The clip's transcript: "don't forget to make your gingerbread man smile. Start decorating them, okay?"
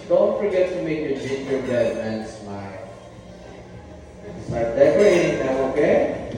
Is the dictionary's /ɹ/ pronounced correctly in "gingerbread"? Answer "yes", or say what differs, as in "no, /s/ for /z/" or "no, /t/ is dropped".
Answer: no, /ɹ/ is dropped